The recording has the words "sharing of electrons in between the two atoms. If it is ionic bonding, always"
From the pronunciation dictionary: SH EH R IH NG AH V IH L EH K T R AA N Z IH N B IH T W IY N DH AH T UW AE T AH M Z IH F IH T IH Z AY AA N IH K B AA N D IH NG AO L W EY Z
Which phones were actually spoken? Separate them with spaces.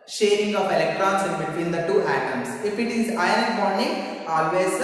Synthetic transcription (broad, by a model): SH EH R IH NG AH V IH L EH K T R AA N S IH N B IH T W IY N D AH T UW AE T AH M S IH F IH T IH Z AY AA IH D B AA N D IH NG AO L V EY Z